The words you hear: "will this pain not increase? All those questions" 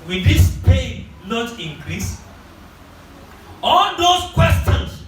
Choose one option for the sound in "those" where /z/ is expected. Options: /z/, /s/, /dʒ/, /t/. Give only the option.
/s/